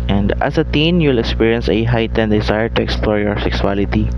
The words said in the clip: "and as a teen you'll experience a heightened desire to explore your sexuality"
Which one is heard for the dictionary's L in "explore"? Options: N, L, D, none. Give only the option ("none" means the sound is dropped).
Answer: L